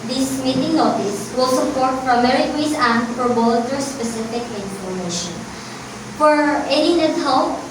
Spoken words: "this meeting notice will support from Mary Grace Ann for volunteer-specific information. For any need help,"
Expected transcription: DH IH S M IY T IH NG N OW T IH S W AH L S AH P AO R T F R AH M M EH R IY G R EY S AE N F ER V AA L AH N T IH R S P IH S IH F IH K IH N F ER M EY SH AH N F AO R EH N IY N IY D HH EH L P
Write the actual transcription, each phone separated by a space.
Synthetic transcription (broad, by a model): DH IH S M IY T IH NG N OW T IH S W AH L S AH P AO R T P R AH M M EH R IY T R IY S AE N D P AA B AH L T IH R S P IH S IH F IH K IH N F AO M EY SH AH N F AO R EH N IY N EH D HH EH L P